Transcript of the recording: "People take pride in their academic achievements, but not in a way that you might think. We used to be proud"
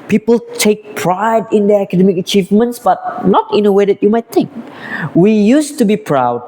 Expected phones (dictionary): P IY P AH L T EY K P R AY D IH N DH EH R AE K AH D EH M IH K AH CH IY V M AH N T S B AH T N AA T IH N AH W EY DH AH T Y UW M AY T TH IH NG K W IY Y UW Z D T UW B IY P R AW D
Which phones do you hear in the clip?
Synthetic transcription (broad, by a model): P IY P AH L T EY K P R AY D IH N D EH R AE K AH D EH M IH K AH CH IY V M AH N T S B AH T N AA T IH N AH W EY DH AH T Y UW M AY T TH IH NG K W IY Y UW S T UW B IY P R AW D